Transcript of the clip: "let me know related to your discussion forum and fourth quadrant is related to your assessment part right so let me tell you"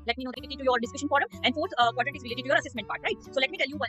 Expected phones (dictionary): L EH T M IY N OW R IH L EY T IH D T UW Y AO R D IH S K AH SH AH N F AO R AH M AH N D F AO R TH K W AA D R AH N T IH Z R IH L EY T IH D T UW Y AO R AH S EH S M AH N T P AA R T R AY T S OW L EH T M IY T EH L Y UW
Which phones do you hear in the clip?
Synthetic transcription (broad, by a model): L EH T M IY N OW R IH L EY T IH T UW Y AO R D IH S K AH SH AH N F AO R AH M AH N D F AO R T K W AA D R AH T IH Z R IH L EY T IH T UW Y AO R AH S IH S M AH N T P AA R T R AY T S OW L EH T M IY T EH L Y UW